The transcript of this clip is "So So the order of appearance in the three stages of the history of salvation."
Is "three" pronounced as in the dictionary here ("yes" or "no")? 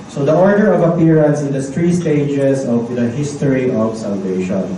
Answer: no